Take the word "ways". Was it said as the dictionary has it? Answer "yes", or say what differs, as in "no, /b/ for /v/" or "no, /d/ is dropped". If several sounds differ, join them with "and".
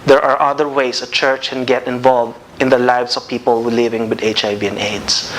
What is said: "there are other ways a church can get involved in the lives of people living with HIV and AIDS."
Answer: no, /s/ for /z/